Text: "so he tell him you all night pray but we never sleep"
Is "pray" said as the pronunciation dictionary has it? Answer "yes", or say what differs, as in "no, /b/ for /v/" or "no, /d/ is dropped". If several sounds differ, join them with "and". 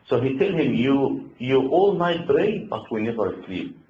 no, /b/ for /p/